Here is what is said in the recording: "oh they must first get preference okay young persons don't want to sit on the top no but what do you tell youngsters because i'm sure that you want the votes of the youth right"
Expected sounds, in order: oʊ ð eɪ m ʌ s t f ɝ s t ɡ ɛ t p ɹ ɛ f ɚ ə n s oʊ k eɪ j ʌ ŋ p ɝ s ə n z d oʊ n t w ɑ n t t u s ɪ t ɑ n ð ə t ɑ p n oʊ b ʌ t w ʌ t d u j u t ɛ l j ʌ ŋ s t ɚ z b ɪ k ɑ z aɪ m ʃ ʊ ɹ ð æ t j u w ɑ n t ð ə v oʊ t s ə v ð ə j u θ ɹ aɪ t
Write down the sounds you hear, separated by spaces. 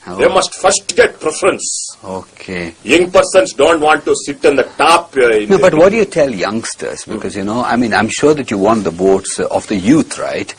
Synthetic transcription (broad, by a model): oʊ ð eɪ m ʌ s t f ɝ s t ɡ ɛ t p ɹ ɛ f ɚ ə n s oʊ k eɪ j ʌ ŋ p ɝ s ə n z d oʊ n t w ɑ n t t u s ɪ t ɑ n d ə t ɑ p n oʊ b ʌ t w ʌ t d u j u t ɛ l j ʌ ŋ s t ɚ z b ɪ k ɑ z aɪ m ʃ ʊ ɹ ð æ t j u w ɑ n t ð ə b oʊ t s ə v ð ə j u t ɹ aɪ t